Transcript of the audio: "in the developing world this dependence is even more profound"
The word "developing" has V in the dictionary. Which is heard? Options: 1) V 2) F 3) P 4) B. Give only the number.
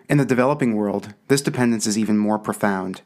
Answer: 1